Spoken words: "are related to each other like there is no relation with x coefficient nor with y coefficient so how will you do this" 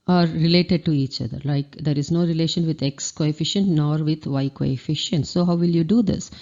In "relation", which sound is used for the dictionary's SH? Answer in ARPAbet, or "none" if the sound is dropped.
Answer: SH